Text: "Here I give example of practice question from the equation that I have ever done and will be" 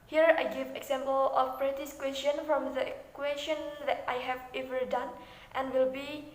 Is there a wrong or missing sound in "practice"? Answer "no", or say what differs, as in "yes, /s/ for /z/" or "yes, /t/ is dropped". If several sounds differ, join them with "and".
yes, /k/ is dropped